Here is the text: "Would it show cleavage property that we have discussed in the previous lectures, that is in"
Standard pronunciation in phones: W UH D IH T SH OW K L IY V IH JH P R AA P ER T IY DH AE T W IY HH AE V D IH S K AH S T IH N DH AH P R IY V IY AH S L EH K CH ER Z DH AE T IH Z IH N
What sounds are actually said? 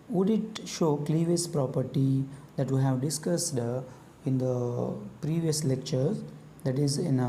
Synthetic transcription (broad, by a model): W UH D IH T SH OW K L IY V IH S P R AA P ER T IY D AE T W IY HH AE V D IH S K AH S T IH N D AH P R IY V IY AH S L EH K CH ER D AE T IH Z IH N